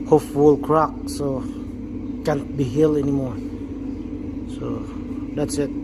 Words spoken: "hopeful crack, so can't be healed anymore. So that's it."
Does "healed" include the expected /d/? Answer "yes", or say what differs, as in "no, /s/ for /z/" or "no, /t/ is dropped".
no, /d/ is dropped